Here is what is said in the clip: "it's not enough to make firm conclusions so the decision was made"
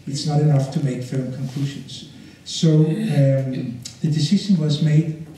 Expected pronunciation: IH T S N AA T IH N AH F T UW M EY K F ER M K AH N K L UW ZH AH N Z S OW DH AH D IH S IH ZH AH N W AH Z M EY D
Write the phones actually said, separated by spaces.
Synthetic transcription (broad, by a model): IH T S N AA T IH N AH F T UW M EY K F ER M K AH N K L UW SH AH N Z S OW DH AH D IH S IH SH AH N W AH Z M EY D